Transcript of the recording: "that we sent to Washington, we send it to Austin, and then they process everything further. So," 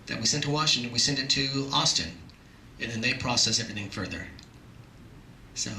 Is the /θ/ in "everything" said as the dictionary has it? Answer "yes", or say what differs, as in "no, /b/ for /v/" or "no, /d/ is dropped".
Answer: yes